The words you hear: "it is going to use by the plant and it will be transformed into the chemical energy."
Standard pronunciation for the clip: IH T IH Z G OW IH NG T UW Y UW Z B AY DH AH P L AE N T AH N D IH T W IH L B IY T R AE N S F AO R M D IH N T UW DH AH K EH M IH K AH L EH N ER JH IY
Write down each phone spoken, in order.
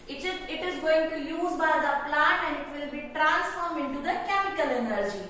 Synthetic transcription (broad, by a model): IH T IH Z G OW IH NG T UW Y UW Z B AY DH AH P L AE N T AH N D IH T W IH L B IY T R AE N S F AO R M IH N T UW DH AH K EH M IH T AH L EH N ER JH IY